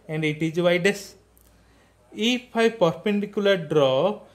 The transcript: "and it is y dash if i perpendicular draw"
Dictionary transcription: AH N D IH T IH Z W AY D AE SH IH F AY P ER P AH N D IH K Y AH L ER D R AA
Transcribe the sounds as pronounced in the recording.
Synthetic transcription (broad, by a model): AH N D IH T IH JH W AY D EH S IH P AY P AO P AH N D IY K Y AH L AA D R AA